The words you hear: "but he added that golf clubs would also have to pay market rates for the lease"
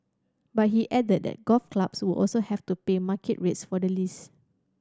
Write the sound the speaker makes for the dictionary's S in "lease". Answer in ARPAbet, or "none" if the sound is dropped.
S